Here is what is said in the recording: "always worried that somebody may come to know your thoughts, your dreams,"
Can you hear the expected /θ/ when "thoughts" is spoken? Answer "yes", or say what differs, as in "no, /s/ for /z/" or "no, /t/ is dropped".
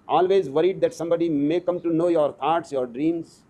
no, /t/ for /θ/